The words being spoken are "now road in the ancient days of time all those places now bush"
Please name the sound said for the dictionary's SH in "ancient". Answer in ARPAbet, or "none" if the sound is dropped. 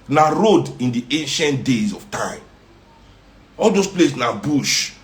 SH